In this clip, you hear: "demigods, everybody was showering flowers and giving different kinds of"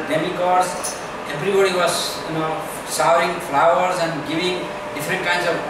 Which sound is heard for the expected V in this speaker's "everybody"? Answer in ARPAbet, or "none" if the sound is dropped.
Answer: B